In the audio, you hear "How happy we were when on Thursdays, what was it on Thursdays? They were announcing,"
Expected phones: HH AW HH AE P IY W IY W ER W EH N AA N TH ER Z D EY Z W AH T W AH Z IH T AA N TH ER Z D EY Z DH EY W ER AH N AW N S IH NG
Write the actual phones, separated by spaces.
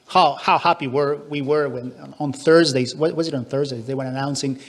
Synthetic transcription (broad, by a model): HH AW HH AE P IY W IY W ER W EH N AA N TH ER Z D EY Z W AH W AH Z IH T N TH ER Z D EY Z DH EY W ER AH N AW N S IH NG